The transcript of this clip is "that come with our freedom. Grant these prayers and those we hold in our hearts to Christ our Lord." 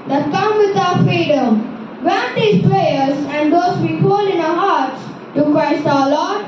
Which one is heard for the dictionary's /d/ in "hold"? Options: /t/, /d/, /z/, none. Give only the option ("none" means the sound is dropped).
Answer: none